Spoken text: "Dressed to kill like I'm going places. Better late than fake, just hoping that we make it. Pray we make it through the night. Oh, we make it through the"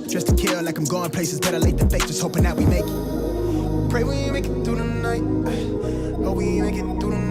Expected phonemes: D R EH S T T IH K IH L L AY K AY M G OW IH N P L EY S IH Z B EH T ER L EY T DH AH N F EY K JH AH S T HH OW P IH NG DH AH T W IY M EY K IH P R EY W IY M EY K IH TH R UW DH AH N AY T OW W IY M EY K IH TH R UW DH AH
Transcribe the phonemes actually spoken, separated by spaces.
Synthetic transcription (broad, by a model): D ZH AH S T T IH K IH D L AY K AY M G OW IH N P L EY S IH Z B EH T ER L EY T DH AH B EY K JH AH S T HH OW P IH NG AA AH T W IY M EY K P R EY W IY M EY K IH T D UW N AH N AY T OW W IY M EY K IH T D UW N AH